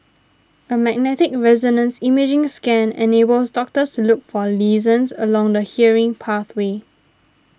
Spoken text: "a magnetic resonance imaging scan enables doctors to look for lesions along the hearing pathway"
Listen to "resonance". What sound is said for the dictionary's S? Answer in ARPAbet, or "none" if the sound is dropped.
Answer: S